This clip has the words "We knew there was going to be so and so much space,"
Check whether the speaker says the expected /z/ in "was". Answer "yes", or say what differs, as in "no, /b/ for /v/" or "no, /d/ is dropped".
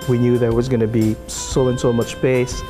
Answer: yes